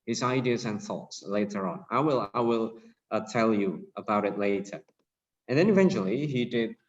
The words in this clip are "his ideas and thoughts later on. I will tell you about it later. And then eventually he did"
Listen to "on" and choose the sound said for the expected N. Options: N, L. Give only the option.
L